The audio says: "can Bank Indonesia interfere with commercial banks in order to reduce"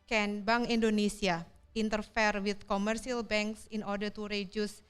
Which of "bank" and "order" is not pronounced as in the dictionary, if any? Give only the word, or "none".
bank